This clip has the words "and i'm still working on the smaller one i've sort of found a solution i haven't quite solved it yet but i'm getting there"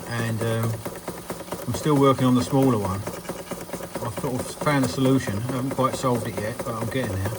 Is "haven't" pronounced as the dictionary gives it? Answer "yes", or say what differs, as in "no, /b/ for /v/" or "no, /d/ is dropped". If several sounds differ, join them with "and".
yes